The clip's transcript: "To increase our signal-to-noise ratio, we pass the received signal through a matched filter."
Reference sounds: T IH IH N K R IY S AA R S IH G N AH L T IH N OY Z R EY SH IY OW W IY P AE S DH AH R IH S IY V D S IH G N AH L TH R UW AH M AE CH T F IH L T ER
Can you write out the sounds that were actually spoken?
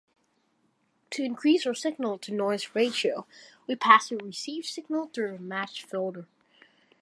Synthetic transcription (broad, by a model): T IH IH N K R IY S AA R S IH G N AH L T IH N OY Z R EY SH IY OW W IY P AE S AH R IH S IY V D S IH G N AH L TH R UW AH M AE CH F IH L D ER